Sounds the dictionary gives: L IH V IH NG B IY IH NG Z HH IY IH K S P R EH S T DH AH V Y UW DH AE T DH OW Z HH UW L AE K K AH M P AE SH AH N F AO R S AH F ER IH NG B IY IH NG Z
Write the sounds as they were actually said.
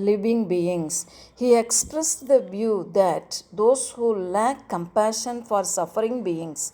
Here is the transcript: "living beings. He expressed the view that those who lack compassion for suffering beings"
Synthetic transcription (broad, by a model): L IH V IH NG B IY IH NG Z HH IY IH K S P R EH S T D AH V Y UW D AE T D OW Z HH UW L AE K K AH M P AE SH AH N F AO R S AH F ER IH NG B IY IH NG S